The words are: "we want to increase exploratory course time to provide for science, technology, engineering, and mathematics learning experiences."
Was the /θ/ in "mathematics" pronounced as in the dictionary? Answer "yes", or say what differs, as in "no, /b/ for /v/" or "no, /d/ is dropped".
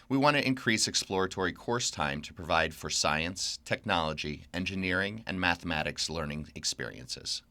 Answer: yes